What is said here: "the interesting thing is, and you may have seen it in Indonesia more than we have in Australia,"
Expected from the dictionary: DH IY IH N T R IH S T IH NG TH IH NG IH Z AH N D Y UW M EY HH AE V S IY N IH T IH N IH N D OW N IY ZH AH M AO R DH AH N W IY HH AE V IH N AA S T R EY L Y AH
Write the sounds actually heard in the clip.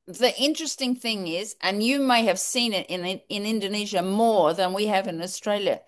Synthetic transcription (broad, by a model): DH IY IH N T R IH S T IH NG TH IH NG IH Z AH N Y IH M EY HH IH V S IY N IH T IH N IH N D OW N IY ZH AH M AO R DH AH N W IY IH V IH N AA S T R EY L Y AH